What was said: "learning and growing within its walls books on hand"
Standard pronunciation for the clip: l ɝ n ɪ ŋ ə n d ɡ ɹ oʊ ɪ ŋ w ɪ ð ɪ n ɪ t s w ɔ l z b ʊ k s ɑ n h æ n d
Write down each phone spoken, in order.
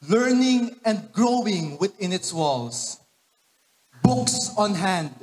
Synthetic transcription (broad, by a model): l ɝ n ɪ ŋ ə n d ɡ ɹ oʊ ɪ ŋ w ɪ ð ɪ n ɪ t s w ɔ l s b ʊ k s ɑ n h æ n d